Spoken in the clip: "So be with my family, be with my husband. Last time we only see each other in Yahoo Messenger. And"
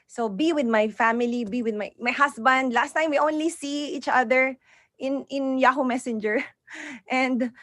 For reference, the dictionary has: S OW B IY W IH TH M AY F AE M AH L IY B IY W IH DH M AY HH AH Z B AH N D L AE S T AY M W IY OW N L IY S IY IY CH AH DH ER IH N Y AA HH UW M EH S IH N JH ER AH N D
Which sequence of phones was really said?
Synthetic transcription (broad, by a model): S OW B IY W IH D M AY F AE M AH L IY B IY W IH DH M AY HH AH S B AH N D L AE S T AY M W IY OW N L IY S IY IY CH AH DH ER IH N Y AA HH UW M EH S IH N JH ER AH N D